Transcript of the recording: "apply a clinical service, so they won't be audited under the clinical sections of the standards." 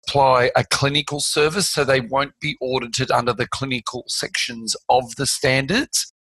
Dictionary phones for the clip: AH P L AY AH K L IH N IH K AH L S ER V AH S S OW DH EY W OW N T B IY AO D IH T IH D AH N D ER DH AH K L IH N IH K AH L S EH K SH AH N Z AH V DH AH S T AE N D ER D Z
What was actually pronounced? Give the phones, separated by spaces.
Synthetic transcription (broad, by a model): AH P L AY AH K L IH N IH K AH L S ER V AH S S OW DH EY W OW N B IY AO D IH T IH D AH N D ER DH AH K L IH N IH K AH L S EH K SH AH N Z AH V DH AH S T AE N D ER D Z